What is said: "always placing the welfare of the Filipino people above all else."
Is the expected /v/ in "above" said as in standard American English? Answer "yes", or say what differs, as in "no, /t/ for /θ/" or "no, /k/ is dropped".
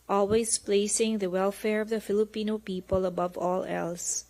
yes